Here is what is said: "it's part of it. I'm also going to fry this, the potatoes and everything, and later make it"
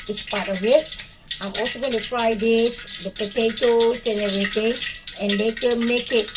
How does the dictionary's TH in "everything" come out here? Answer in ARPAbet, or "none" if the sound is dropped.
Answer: T